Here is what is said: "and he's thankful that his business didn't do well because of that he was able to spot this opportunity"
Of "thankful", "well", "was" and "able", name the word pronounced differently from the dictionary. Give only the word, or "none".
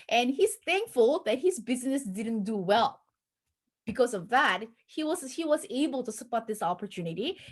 none